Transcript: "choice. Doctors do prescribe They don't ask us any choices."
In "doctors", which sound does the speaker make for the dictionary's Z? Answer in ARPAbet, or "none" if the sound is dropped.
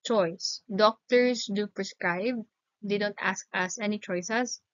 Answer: S